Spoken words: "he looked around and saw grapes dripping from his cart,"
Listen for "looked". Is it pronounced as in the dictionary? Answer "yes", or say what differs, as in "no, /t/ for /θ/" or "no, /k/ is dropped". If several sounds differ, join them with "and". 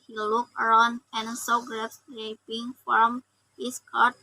no, /t/ is dropped